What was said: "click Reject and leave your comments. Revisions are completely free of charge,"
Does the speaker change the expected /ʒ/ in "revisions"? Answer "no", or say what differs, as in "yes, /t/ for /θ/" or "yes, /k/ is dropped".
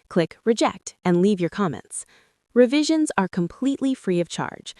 no